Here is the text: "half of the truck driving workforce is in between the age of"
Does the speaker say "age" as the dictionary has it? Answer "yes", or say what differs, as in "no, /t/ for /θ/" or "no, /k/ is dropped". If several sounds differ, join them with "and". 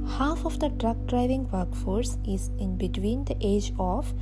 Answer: yes